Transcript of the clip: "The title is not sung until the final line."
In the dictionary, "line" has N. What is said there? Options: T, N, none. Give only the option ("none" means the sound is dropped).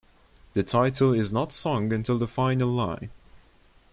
none